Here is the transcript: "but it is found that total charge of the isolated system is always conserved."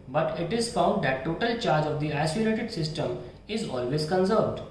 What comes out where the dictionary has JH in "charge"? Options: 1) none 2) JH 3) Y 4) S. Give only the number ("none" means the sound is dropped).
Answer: 2